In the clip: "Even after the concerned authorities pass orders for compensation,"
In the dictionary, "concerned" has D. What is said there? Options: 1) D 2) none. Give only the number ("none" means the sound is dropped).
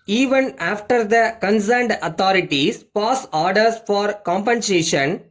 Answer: 1